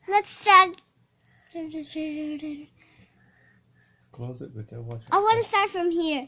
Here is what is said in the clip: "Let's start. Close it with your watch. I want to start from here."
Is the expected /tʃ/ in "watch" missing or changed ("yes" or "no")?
yes